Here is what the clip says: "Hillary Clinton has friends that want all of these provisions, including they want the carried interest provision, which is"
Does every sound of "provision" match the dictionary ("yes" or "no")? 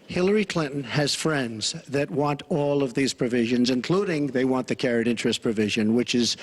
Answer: yes